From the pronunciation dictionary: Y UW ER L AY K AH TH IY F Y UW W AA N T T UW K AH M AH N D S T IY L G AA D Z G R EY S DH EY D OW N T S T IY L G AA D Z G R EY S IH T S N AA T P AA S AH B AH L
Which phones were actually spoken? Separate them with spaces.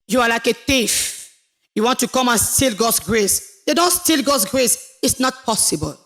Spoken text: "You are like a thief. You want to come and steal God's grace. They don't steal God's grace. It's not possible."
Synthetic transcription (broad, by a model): Y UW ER L AY K AH T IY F Y UW W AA N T T UW K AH M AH N S T IY L G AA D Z G R EY S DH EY D OW N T S T IY L G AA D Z G R EY S IH T S N AA T P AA S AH B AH L